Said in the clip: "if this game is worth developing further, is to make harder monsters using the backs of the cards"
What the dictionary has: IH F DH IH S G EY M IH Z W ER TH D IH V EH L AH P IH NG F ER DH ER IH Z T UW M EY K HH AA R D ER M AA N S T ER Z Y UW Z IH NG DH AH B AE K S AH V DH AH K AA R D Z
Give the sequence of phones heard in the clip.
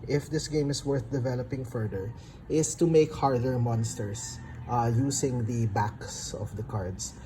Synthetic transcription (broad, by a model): IH F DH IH S G EY M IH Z W ER TH D IH V EH L AH P IH NG F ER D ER IH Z T UW M EY K HH AA R D ER M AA N S T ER S Y UW S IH NG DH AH B AE K S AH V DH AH K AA R D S